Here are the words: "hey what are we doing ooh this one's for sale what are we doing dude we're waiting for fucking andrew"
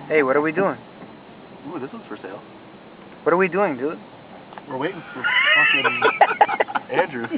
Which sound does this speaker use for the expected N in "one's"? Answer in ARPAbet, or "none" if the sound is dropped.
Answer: none